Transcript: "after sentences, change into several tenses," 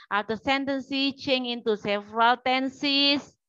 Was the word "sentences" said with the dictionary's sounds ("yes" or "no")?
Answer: no